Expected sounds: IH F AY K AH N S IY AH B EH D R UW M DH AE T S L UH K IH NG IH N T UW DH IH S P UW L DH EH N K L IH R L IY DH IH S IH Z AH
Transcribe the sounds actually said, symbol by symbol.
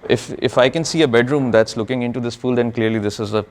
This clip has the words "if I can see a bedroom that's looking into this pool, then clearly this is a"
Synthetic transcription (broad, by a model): IH F AY K AH N S IY AH B EH D R UW M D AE T S L UH K IH NG IH N T UW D IH S F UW L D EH N K L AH R L IY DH IH S IH Z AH